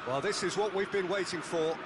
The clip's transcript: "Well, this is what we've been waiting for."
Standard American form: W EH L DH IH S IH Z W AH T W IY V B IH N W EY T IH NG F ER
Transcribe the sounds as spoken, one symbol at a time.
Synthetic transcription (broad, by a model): W EH L DH IH S IH Z W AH T W IY V B IH N W EY T IH NG F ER